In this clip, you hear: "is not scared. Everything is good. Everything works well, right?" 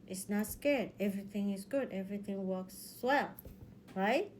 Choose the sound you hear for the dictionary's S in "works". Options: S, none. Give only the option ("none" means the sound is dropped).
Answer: S